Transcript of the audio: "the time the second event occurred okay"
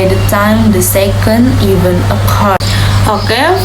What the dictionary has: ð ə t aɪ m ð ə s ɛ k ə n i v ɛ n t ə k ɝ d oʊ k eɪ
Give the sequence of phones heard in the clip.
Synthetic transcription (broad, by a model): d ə t aɪ m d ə s ɛ k ə n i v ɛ n ə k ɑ oʊ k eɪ